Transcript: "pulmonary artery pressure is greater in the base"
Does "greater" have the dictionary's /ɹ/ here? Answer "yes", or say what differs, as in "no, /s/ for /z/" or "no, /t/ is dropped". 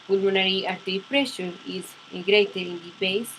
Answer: yes